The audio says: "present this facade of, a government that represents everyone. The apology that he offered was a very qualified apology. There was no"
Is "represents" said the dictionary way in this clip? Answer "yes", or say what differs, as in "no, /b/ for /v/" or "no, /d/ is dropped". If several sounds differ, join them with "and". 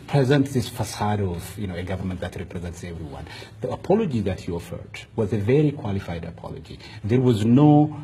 yes